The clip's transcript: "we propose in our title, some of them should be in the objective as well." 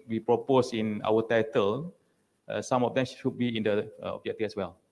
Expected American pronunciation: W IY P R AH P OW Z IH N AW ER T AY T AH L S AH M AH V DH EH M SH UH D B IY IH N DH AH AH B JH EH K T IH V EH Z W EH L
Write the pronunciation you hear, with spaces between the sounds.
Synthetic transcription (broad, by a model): W IY P R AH P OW S IH N AW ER T AY T AH L S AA M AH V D EH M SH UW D B IY IH N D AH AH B JH EH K T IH F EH S W EH L